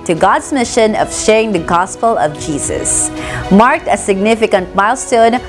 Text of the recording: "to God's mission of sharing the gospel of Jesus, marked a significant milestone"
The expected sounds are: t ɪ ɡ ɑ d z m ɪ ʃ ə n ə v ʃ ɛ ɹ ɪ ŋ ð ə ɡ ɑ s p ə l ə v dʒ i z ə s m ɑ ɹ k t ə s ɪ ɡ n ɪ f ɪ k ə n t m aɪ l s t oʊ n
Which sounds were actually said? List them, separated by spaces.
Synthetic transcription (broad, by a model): t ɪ ɡ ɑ d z m ɪ ʃ ə n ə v ʃ ɛ ɹ ɪ ŋ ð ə ɡ ɑ s p ə l ə v dʒ i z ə s m ɑ ɹ k t ə s ɪ ɡ n ɪ f ɪ k ə n t m aɪ l s t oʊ n